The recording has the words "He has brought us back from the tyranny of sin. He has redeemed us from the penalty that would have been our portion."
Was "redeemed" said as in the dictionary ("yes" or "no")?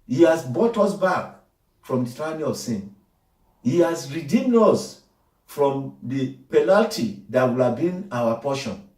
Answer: yes